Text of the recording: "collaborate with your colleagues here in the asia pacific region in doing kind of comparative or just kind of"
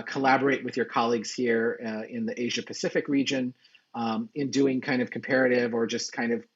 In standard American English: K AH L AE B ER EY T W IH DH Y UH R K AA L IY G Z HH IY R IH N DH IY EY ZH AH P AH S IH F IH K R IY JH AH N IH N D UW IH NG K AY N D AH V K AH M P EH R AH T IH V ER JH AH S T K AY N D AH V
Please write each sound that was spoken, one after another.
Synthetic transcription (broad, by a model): K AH L AE B ER EY T W IH DH Y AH R K AA L IY G Z HH IY R IH N DH IY EY ZH AH P AH S IH F IH K R IY JH AH N IH N D UW IH NG K AY N D AH V K M P EH R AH T IH V ER JH AH S K AY N D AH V